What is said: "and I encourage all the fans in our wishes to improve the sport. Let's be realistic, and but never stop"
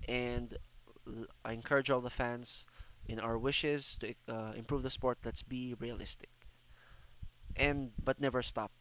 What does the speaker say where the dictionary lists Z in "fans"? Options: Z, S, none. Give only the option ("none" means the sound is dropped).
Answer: S